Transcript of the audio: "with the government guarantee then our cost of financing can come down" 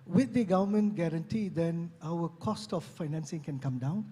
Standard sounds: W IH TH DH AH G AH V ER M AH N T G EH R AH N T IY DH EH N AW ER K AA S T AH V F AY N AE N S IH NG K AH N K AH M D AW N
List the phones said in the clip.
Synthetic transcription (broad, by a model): W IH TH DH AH G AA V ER M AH N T G EH R AH N T IY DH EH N AW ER K AA S T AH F AY N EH N S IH NG K AH N K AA M D AW N